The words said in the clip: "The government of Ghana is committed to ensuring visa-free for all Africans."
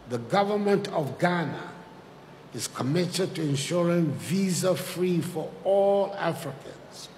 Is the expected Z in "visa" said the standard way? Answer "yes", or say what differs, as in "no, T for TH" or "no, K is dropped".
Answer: yes